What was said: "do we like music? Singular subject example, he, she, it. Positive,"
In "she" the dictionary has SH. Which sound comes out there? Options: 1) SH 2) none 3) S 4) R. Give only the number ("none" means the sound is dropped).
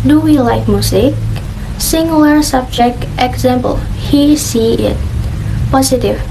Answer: 3